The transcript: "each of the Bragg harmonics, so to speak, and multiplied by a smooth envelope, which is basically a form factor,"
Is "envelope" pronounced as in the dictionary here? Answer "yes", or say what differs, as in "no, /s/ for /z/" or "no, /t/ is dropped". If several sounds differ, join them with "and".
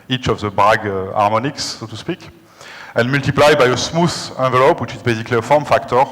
no, /n/ is dropped